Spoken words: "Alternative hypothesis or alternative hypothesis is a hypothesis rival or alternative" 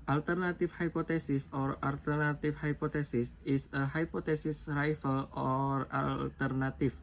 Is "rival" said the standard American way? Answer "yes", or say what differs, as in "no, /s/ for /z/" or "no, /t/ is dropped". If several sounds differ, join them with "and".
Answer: no, /f/ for /v/